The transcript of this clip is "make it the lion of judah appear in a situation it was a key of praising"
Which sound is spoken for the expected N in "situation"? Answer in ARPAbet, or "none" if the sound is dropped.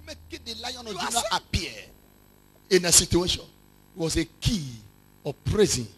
none